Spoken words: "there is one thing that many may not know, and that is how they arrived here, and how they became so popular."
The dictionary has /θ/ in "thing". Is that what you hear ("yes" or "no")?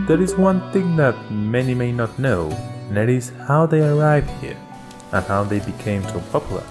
yes